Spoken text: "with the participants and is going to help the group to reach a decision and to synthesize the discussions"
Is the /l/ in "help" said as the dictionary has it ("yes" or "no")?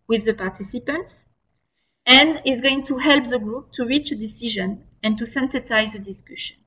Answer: yes